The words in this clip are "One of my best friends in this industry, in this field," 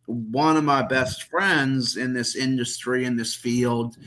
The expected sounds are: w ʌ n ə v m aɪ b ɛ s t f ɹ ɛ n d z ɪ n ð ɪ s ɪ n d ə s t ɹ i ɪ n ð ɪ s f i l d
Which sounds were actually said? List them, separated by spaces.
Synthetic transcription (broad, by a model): w ʌ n ə v m aɪ b ɛ s t f ɹ ɛ n d z ɪ n ð ɪ s ɪ n d ə s t ɹ i ɪ n ð ɪ s f i l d